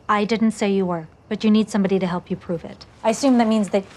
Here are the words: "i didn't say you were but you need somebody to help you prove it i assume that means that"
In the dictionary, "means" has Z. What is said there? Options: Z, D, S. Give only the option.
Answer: Z